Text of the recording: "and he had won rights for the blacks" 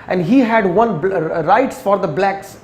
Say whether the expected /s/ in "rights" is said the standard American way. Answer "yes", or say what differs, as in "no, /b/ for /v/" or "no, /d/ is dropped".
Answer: yes